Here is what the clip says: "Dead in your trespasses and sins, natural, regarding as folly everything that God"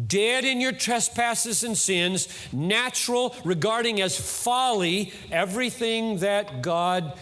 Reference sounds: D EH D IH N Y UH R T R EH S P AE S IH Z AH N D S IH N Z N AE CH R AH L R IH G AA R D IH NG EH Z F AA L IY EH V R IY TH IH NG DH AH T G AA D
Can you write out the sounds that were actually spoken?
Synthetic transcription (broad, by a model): D EH D IH N Y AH R T R EH S P AE S IH Z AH N S IH N Z N AE CH R L R IH G AA R D IH NG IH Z F AA L IY EH V R IY TH IH NG DH AH T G AA D